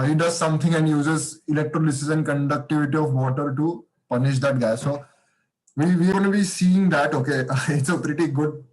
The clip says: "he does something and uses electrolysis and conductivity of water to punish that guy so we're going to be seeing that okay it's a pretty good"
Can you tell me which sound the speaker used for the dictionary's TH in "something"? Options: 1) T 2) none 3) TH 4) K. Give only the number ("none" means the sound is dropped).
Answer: 1